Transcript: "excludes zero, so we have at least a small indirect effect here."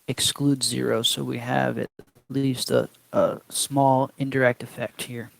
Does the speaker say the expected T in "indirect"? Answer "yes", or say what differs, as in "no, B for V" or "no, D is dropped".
yes